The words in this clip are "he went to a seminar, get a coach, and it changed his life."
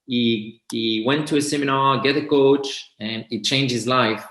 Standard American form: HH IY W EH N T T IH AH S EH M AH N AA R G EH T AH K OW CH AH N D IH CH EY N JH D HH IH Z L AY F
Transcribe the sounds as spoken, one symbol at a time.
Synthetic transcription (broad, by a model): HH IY W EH N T T IH AH S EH M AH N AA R G EH T AH K OW CH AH N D IH CH EY N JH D HH IH Z L AY F